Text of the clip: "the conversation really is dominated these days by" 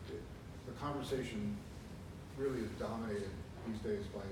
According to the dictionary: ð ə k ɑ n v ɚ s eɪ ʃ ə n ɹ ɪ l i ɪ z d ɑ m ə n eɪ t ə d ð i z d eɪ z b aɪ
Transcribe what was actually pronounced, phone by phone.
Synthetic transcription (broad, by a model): ð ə k ɑ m v ɚ s eɪ ʃ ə n ɹ ɪ l i ɪ z d ɑ m ə n eɪ t ə d ð i z d eɪ z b aɪ